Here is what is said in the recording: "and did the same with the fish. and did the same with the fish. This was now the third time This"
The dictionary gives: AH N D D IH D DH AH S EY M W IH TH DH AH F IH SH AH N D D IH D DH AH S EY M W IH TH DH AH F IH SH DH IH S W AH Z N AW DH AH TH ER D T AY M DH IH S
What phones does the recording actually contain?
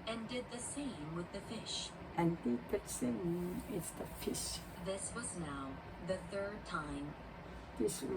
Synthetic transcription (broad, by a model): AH N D D IH D DH AH S EY M W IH DH AH F IH SH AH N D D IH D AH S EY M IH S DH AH F IH SH DH IH S W AH Z N AW DH AH TH ER D T AY M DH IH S